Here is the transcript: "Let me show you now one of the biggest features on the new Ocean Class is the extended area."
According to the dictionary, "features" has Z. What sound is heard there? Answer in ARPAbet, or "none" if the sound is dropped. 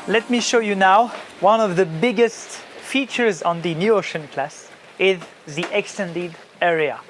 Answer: Z